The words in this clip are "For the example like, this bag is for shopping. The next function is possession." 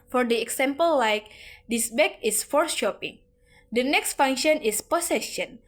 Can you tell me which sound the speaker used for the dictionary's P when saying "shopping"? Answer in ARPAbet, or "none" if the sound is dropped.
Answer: P